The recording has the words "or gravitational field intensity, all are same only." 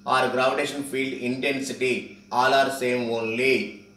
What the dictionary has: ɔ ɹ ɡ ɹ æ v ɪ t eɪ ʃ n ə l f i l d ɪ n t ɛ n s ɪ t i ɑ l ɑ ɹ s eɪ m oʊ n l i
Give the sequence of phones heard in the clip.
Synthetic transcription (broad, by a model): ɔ ɹ ɡ ɹ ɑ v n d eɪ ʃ ə n f i l d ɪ n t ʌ n s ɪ t i ɑ l ɑ ɹ s eɪ m oʊ n l i